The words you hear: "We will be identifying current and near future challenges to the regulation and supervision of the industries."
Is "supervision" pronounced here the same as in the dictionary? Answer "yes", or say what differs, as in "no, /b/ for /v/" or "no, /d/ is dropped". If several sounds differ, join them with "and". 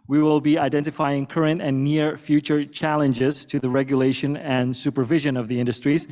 yes